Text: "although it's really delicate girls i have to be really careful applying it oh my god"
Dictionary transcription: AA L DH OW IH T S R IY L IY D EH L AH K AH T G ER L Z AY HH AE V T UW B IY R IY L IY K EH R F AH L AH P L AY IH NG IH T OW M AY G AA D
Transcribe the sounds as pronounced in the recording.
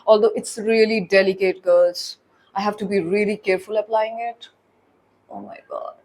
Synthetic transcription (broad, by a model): AA L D OW IH T S R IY L IY D EH L AH K AH T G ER Z AY HH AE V T UW B IY R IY L IY K EH R F AH L AH P L AY IH NG IH T OW M AY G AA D